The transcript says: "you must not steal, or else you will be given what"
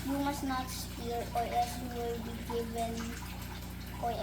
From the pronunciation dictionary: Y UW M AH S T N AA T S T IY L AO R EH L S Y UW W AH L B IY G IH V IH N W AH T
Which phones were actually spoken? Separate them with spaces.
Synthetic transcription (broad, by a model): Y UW M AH S N AA T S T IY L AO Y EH S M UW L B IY G IH V IH N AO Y